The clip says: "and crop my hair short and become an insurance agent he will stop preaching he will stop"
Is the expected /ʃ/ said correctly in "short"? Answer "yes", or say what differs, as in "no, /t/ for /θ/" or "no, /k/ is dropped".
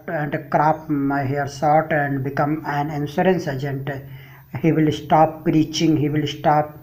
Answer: no, /s/ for /ʃ/